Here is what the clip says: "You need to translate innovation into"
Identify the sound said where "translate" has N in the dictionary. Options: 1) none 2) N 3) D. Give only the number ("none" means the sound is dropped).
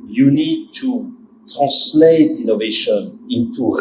1